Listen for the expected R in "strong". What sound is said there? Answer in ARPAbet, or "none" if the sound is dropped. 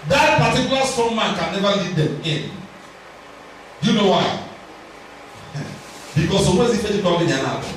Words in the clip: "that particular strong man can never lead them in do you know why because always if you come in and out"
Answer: none